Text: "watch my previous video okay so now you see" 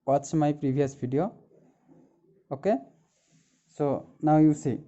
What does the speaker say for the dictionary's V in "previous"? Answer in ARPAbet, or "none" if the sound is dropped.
B